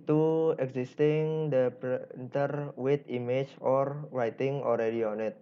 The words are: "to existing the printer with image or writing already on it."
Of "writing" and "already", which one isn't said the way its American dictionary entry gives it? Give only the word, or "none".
none